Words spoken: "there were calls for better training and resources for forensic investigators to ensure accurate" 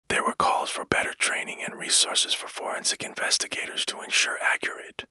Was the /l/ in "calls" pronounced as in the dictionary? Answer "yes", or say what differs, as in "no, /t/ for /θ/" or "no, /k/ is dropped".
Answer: yes